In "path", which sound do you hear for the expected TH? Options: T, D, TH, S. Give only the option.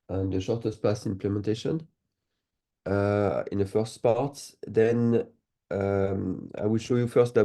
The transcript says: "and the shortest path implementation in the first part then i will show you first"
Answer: S